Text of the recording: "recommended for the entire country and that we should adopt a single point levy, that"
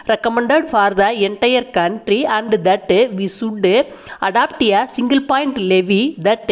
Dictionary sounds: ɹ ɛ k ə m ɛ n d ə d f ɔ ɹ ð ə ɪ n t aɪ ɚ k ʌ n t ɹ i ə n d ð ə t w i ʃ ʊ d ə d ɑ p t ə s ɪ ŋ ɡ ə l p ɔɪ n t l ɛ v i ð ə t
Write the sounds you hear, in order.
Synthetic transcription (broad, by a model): ɹ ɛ k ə m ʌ n d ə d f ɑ ɹ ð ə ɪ n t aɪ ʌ k ʌ n t ɹ i ə n d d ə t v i s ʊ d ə d ɑ p t ə s ɪ ŋ ɡ ə l p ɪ n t l ɛ v i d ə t